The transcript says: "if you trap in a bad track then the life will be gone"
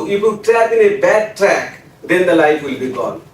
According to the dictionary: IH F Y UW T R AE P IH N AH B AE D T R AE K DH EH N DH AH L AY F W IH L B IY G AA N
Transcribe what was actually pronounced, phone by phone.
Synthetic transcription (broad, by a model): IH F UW T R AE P IH N AH B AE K T R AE K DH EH N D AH L AY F W IH L B IY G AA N